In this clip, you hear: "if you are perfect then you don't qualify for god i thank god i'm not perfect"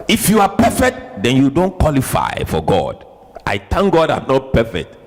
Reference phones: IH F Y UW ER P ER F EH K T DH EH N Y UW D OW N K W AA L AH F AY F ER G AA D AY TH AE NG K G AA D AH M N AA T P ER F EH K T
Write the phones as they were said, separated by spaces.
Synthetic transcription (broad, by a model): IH F Y UW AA P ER F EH K T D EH N Y UW D OW N K W AA L AH F AY F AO G AA D AY T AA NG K G AA D AH M N AA T P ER F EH K T